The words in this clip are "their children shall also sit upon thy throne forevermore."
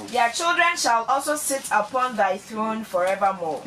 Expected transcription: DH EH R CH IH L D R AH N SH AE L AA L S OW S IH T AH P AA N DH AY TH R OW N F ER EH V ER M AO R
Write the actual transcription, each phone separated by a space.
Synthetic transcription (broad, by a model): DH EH CH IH L D R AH N SH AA L AA L S OW S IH T AH P AA N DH AY TH R OW N F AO EH V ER M AO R